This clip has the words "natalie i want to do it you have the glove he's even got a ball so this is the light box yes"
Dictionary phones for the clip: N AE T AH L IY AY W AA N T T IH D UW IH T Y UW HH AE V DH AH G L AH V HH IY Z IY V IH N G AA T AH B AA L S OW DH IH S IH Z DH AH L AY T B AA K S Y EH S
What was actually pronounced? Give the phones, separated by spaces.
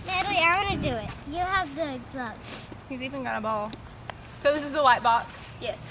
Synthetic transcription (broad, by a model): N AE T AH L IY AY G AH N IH D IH IH T Y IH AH V DH AH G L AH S HH IY Z IY V IH N G AA T AH B AA L S OW DH IH S IH Z DH AH W AY T B AA K S Y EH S